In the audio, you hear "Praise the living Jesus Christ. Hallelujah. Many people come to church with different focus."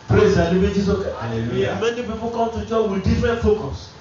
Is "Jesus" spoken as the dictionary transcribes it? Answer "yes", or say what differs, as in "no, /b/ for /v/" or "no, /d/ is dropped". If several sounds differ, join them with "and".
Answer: no, /s/ is dropped